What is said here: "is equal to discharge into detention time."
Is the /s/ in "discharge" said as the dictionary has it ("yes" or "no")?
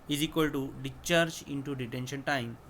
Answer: no